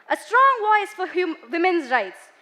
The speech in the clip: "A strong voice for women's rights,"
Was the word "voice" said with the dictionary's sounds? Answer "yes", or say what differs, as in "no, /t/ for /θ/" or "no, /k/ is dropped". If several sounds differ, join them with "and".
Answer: no, /w/ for /v/